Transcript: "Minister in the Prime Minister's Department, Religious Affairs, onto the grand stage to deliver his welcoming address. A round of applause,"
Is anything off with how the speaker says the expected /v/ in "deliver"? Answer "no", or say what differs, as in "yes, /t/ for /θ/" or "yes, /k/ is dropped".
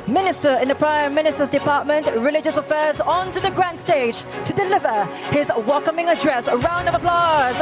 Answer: no